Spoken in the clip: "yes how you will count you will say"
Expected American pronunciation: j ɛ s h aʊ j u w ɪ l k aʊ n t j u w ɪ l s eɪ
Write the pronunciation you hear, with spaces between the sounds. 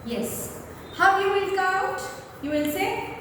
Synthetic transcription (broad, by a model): j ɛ s h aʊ j u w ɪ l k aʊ t j u w ɪ l s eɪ